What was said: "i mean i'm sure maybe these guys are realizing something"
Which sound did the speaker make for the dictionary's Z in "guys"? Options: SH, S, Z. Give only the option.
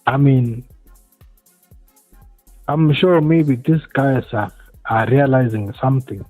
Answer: S